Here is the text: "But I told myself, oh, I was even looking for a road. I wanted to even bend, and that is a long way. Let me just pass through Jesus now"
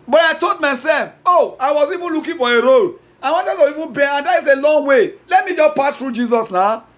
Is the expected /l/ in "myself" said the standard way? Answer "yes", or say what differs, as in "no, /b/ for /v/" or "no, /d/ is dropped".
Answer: no, /l/ is dropped